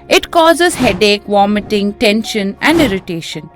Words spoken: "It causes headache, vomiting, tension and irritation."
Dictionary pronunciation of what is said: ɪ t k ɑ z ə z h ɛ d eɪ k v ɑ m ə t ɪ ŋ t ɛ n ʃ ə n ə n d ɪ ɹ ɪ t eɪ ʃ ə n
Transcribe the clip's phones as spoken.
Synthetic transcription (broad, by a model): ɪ t k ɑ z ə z h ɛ d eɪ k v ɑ m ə t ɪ ŋ t ɛ n ʃ ə n ə n d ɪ ɹ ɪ t eɪ ʃ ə n